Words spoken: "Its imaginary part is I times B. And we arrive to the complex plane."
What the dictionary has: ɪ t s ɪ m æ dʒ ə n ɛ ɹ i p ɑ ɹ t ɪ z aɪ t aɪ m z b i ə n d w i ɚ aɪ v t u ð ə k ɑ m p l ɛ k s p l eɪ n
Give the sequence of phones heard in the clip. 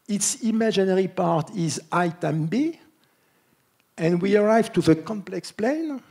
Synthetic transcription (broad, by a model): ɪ t s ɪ m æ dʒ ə n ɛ ɹ i p ɑ ɹ t ɪ z aɪ t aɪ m b i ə n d w i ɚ aɪ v t u ð ə k ɑ m p l ɛ k s p l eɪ n